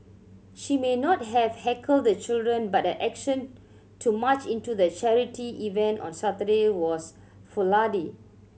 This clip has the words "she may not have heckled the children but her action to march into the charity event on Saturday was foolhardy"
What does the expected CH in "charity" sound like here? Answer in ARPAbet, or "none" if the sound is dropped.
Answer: CH